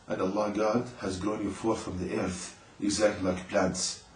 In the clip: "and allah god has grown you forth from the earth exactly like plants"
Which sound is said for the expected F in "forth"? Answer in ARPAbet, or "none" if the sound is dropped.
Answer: F